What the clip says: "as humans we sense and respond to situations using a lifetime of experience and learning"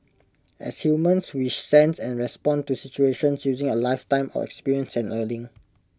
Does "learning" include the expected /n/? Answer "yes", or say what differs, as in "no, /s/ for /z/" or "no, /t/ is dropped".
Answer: no, /l/ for /n/